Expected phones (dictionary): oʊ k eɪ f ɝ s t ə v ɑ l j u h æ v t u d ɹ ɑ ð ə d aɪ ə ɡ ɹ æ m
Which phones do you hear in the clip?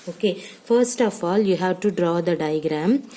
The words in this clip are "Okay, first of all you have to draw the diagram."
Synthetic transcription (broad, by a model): oʊ k eɪ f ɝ s t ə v ɑ l j u h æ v t u d ɹ ɑ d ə d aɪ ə ɡ ɹ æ m